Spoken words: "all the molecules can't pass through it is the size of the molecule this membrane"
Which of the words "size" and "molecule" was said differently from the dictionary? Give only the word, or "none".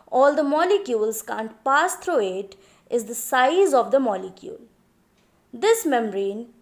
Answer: none